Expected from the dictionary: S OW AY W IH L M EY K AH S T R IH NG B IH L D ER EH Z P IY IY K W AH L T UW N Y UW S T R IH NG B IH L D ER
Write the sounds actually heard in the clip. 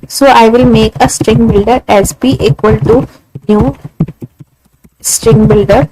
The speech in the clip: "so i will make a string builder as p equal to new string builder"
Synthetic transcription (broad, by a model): S OW AY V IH L M EY K AH S T R IH NG B IH L D ER EH Z B IY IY K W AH L T UW N Y UW S T R IH NG B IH L D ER